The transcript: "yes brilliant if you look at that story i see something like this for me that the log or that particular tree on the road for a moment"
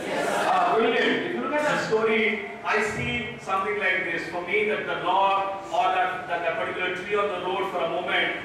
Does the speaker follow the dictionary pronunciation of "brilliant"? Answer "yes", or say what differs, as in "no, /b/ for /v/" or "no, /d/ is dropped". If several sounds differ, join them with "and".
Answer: no, /t/ is dropped